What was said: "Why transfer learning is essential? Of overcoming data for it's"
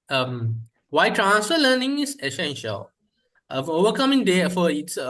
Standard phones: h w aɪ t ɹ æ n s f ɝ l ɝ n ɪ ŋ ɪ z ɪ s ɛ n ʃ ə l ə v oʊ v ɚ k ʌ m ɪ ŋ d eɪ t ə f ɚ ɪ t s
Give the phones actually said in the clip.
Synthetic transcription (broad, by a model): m w aɪ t ɹ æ n s f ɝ l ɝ n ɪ ŋ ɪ s ɪ s ɛ n ʃ ə l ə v oʊ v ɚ k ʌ m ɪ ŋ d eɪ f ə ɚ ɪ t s